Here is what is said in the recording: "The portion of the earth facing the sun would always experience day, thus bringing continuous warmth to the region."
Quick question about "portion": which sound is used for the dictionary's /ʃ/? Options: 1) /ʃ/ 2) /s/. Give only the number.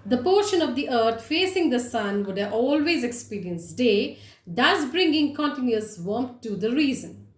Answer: 1